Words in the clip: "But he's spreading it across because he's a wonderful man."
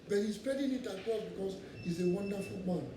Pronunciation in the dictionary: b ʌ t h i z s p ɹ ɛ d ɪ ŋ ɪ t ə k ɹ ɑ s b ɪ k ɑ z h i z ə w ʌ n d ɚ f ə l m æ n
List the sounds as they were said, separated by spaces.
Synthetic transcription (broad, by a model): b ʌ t h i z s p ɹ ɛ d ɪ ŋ ɪ t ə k ɑ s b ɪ k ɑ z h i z ə w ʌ n d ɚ f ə l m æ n